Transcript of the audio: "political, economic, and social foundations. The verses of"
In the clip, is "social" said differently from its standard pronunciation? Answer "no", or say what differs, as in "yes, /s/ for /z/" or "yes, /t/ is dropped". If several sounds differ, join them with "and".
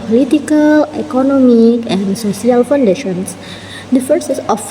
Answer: yes, /s/ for /ʃ/